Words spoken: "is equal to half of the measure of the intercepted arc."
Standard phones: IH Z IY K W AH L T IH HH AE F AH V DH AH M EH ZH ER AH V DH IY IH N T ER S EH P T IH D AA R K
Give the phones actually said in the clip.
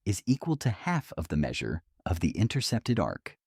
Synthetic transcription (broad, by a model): IH Z IY K W AH L T IH HH AE F AH V DH AH M EH ZH ER AH V DH IY IH N T ER S EH P T IH D AA R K